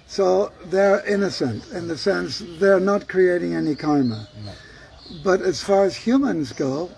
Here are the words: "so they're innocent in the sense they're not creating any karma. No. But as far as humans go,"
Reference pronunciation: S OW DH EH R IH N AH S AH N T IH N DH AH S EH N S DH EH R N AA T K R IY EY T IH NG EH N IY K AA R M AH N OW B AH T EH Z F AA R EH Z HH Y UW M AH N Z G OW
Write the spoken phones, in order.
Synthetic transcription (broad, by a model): S OW DH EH R IH N AH S AH N T IH N DH AH S EH N S DH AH R N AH T K R IY EY T IH NG EH N IY K AA R M AH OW B AH T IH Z F AA R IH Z HH Y UW M AH N Z G OW